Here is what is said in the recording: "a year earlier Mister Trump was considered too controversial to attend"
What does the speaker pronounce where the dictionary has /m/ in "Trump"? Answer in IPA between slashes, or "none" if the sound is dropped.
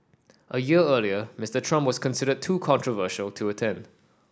/m/